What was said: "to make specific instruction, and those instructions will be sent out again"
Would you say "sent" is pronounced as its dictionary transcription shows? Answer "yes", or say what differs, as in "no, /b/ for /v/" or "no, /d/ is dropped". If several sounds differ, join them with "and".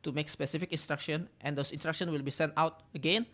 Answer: yes